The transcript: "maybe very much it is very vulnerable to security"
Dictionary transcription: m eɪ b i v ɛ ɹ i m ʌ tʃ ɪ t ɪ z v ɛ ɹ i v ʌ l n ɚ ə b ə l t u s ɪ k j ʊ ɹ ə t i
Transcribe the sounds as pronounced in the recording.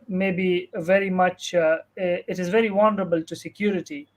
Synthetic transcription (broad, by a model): m eɪ b i v ɛ ɹ i m ʌ tʃ ɪ t ɪ z v ɛ ɹ i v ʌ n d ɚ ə b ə l t u s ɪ k j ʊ ɹ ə t i